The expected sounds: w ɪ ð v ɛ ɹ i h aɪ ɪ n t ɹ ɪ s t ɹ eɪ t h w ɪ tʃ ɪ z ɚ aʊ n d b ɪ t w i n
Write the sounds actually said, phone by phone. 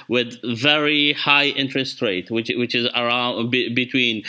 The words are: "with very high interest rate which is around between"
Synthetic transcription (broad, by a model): w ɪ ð v ɛ ɹ i h aɪ ɪ n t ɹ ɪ s t ɹ eɪ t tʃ w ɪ tʃ ɪ z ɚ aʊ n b b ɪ t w i n